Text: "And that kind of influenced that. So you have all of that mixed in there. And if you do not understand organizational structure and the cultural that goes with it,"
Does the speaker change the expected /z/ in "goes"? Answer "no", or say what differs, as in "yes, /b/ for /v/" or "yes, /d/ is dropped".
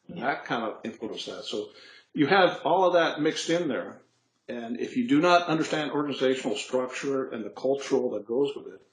no